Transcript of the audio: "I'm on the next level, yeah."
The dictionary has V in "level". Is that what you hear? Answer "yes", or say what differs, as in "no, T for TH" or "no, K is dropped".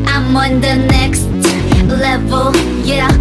yes